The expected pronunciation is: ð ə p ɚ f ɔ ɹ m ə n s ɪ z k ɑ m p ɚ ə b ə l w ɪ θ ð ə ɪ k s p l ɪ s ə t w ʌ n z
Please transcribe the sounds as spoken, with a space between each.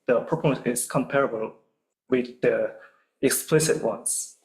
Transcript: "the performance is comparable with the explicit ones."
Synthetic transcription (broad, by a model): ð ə p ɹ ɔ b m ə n ɪ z k ɑ m p ɚ ə b ə l w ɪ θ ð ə ɪ k s p l ɪ s ə t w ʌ n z